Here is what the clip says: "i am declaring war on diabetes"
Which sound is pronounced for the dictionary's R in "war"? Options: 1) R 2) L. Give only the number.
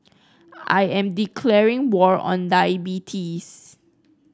1